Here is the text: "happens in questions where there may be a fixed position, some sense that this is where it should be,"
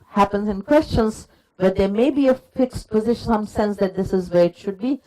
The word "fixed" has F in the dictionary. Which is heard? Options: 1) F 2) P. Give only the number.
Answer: 1